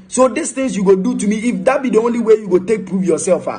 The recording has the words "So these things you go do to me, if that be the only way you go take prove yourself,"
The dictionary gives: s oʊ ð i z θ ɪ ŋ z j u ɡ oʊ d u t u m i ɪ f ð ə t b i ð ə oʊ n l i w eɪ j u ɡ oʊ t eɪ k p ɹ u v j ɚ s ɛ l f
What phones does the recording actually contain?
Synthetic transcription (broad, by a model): s oʊ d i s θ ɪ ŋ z j u ɡ oʊ d u t u m i ɪ f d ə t b i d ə oʊ n l i w eɪ j u ɡ oʊ t eɪ k p ɹ u f j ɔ s ɛ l f